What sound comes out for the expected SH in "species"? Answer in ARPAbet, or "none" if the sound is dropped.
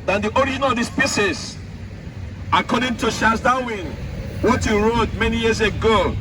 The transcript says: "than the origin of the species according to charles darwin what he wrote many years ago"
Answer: S